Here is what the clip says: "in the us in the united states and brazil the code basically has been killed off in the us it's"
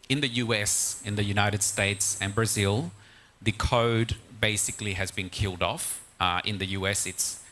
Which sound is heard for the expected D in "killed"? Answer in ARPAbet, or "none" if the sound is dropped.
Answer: D